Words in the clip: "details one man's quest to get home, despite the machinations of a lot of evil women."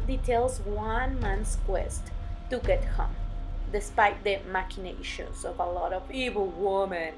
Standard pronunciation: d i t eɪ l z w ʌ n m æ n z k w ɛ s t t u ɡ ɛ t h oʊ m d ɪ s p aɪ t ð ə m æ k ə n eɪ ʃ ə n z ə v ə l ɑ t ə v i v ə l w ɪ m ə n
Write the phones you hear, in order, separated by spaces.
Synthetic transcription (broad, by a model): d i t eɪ l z w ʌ n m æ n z k w ɛ s t t u ɡ ɛ t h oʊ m d ɪ s p aɪ t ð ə m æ k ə n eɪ ʃ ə n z ə v ə l ɑ t ə v i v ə l w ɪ m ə n